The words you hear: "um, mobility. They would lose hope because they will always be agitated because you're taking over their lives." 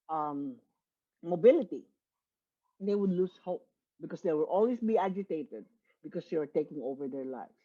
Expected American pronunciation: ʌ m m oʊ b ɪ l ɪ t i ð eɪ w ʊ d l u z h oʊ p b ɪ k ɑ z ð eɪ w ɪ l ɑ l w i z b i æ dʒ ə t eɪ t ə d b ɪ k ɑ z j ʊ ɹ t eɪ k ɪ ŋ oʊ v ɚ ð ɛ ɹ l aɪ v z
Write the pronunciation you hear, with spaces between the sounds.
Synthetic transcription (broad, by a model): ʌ m m oʊ b ɪ l ɪ t i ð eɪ w ʊ d l u s h oʊ p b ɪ k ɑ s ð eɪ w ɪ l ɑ l w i s b i æ dʒ ə t eɪ t ə d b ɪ k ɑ s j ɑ ɹ t eɪ k ɪ ŋ oʊ v ɚ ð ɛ ɹ l aɪ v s